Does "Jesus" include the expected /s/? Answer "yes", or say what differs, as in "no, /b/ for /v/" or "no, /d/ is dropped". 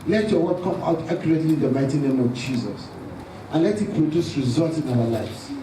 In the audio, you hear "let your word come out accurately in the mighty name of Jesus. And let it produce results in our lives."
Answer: yes